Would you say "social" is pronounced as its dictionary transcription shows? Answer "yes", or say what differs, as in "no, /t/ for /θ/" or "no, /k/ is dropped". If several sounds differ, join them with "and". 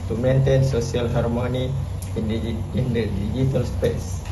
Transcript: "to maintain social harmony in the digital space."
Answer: no, /s/ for /ʃ/